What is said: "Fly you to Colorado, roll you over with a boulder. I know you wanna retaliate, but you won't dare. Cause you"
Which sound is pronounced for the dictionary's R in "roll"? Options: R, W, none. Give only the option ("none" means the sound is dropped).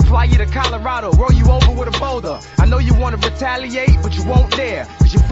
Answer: W